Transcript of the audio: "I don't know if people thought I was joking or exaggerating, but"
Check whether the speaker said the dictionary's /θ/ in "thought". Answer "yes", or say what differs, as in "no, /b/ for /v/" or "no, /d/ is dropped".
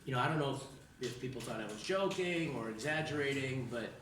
yes